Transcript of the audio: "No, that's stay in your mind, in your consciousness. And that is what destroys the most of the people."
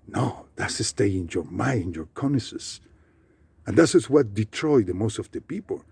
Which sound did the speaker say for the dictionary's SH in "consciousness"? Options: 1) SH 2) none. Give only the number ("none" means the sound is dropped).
2